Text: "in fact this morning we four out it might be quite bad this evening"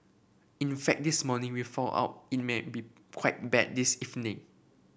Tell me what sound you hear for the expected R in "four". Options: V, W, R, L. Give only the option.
L